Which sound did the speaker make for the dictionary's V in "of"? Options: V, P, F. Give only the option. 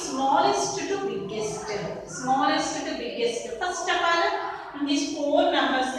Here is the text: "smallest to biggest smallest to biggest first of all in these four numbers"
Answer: P